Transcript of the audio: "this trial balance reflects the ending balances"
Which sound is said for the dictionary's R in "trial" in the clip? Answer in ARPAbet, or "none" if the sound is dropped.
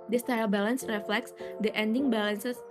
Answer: none